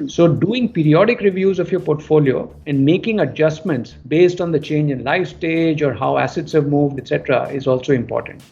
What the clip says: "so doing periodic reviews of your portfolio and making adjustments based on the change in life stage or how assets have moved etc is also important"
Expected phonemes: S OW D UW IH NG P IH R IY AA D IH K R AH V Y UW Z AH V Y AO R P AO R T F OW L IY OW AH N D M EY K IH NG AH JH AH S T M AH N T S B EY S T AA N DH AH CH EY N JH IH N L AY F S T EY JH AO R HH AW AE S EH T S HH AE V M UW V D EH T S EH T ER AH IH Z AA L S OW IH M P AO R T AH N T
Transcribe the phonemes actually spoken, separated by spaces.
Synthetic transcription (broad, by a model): S OW D UW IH NG P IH R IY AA D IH K R AH V Y UW Z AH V Y AO R P AO R T F OW L IY OW AH N D M EY K IH NG AH JH AH S T M AH N T S B EY S T AA N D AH CH EY N JH IH N L AY F S T EY JH AO R HH AW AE S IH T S HH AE V M UW V D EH T S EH T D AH IH Z AA L S OW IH M P AO R T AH N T